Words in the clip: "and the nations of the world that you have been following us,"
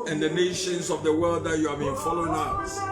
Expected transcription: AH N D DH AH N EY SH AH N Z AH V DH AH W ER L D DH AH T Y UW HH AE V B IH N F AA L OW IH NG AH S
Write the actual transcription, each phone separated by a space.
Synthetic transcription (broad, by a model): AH N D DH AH N EY SH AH N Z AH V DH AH W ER D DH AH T Y UW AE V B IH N F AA L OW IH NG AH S